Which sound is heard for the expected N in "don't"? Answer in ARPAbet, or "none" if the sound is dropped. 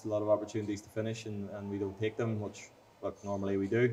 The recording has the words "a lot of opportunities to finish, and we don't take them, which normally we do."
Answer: L